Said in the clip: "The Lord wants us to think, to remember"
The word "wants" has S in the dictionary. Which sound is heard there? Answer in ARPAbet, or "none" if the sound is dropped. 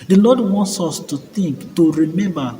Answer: S